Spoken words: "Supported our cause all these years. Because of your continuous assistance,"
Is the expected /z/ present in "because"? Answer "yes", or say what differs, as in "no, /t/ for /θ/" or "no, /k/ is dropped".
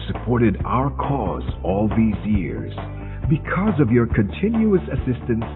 yes